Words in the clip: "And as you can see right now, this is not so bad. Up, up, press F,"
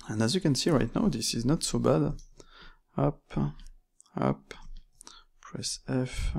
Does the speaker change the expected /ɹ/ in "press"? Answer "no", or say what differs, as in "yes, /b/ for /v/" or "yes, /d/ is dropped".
no